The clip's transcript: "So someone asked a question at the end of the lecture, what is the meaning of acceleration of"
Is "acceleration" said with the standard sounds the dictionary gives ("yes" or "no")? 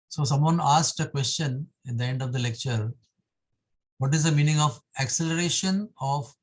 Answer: yes